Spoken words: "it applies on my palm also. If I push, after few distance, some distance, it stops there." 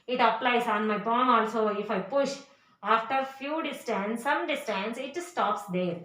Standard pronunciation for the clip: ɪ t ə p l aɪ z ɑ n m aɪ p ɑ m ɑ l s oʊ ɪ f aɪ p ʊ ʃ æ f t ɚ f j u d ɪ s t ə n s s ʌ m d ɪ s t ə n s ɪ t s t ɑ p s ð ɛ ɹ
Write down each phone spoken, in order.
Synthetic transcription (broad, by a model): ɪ t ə p l aɪ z ɑ n m aɪ b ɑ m ɑ l s oʊ ɪ f aɪ p ʊ ʃ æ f t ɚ f j u d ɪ s t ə n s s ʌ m d ɪ s t ə n s ɪ t s t ɑ p s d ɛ ɹ